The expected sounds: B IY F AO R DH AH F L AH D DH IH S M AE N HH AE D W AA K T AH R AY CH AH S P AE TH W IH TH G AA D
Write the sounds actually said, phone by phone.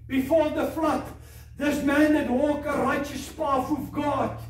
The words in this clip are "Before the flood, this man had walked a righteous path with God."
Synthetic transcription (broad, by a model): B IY F AO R DH AH F L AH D DH IH S M AE N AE D W AA K AH R AY CH AH S P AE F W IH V G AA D